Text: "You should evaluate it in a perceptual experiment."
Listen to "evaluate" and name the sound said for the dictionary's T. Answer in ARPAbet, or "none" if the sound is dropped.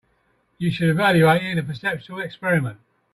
none